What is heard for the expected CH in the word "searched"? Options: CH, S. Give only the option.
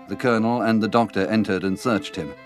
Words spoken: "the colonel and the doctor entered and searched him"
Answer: CH